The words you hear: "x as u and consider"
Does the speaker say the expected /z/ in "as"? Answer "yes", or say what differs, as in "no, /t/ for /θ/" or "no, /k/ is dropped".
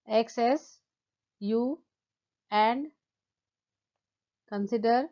no, /s/ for /z/